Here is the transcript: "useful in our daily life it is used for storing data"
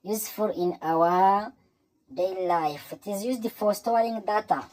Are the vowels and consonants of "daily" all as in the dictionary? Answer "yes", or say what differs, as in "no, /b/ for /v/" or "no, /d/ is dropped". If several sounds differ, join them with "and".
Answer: no, /l/ is dropped